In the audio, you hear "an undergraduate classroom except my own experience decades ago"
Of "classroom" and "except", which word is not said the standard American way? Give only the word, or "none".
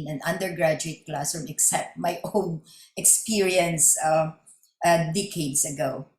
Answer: classroom